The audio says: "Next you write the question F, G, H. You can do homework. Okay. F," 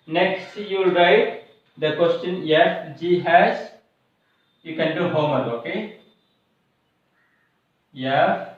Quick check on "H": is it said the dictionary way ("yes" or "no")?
no